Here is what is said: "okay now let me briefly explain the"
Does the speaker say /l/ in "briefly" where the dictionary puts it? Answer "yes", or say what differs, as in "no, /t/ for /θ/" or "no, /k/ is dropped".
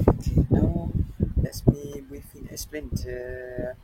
no, /l/ is dropped